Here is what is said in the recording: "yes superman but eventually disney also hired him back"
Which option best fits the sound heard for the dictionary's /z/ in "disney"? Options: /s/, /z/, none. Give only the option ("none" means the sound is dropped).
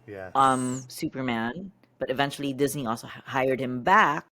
/z/